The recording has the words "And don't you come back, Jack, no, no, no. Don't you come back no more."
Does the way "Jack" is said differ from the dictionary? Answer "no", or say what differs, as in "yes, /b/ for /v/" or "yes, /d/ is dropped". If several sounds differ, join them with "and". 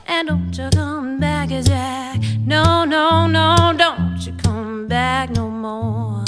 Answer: yes, /z/ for /dʒ/